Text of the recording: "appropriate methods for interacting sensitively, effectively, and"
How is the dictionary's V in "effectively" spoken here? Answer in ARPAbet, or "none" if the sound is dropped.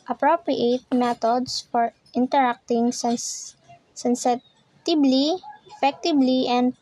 B